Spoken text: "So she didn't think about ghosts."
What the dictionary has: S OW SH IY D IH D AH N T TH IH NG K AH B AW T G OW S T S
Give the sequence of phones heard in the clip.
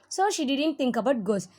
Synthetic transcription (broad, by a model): S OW SH IY D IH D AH N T T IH NG K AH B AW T G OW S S